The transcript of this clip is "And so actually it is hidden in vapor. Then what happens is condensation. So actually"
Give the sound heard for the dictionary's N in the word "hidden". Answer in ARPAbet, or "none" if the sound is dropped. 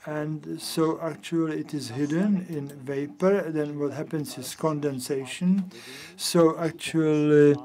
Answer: N